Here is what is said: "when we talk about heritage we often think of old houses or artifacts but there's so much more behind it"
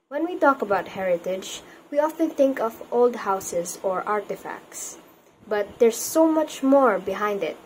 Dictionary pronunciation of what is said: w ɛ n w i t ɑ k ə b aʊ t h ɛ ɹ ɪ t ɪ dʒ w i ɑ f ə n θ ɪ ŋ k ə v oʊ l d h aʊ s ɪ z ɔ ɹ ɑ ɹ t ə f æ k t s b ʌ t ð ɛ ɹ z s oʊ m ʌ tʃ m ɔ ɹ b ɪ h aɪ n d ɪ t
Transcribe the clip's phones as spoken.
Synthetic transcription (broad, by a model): w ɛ n w i t ɑ k ə b aʊ t h ɛ ɹ ɪ t ɪ dʒ w i ɑ f ə n θ ɪ ŋ k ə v oʊ l d h aʊ s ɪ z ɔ ɹ ɑ ɹ t ə f æ k t s b ʌ t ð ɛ ɹ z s oʊ m ʌ tʃ m ɔ ɹ b ɪ h aɪ n d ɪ t